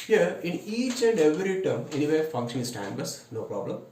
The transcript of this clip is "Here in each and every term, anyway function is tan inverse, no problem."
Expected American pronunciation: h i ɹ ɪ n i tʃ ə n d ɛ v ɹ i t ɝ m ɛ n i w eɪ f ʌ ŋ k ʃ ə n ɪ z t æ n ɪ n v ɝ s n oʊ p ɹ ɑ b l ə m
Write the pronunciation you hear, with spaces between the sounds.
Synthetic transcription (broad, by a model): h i ɹ ɪ n i tʃ ə n d ɛ v ɹ i t ɝ m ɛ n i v eɪ f ʌ ŋ k ʃ ə n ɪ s t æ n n b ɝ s n oʊ p ɹ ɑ b l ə m